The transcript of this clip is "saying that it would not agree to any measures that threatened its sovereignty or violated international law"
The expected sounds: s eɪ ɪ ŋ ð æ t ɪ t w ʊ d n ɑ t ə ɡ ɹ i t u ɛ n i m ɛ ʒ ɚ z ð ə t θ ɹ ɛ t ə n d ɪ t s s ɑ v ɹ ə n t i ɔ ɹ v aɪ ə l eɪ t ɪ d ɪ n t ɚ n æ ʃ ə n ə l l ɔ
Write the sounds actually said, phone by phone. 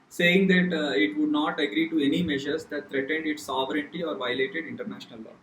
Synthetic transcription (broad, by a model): s eɪ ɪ ŋ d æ t ɪ t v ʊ d n ɑ t ə ɡ ɹ i t u ɛ n i m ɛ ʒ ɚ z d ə t t ɹ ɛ t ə n d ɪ t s s ɑ v ɹ ə n t i ɔ ɹ v aɪ ə l eɪ t ɪ d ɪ n t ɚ n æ ʃ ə n ə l l ɔ